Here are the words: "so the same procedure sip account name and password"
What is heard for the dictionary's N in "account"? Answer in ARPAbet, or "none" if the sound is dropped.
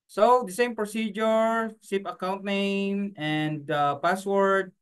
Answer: N